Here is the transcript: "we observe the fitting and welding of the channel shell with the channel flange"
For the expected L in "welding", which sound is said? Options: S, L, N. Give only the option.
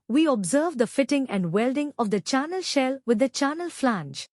L